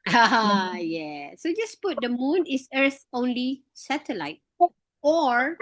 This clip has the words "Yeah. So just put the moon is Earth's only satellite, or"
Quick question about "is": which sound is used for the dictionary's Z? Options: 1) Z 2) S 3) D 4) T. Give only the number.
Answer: 2